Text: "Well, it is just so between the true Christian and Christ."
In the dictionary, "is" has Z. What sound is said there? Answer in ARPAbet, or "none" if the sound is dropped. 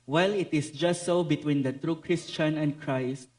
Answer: S